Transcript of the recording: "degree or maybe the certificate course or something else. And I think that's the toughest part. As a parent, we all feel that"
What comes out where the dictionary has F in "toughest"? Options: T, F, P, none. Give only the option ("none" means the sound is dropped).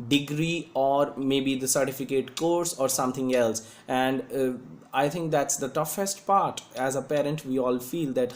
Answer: F